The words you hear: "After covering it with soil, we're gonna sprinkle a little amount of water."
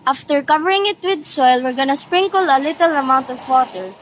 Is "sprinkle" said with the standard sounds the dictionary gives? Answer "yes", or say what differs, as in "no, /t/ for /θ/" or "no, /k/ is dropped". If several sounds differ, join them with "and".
yes